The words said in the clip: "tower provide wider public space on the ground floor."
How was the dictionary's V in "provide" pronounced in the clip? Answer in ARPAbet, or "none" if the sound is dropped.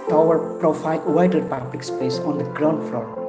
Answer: F